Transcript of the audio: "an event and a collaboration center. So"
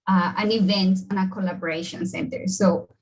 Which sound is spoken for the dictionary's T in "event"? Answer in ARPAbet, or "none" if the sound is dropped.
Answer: T